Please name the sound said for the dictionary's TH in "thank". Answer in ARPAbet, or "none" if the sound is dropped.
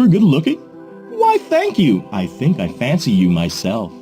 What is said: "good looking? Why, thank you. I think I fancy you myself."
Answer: TH